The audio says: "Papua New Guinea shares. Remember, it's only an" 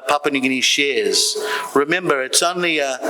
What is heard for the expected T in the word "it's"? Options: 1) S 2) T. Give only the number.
2